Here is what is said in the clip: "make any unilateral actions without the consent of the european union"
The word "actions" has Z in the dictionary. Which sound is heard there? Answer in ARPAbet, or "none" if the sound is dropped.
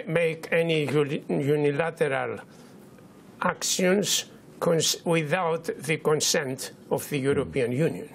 S